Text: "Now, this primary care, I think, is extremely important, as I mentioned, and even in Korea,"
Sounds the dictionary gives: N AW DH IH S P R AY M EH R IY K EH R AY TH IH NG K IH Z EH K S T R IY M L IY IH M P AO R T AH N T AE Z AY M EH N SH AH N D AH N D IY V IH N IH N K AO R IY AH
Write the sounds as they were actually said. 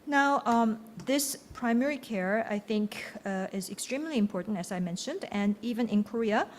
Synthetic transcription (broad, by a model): N AW DH IH S P R AY M EH R IY K EH R AY TH IH NG K IH Z EH K S T R IY M L IY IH M P AO R T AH N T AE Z AY M EH N SH AH N D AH N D IY V IH N IH N K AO R IY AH